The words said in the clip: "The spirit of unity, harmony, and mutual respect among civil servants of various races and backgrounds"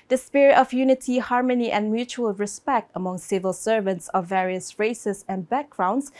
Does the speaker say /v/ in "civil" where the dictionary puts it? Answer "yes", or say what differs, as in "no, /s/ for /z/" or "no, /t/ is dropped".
yes